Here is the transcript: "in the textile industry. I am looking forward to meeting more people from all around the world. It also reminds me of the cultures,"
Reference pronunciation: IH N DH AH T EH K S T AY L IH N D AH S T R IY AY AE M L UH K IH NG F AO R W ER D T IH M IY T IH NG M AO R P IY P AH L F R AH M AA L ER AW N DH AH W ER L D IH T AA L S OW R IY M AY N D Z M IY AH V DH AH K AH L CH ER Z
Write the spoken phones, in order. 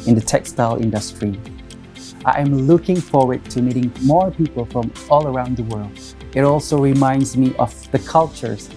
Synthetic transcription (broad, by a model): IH N DH AH T EH K S T AY L IH N D AH S T R IY AY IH M L UH K IH NG F AO R W ER D T IH M IY T IH NG M AO R P IY P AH L F R AH M AA L ER AW N DH AH W ER L D IH T AA L S OW R IY M AY N D Z M IY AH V DH AH K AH L CH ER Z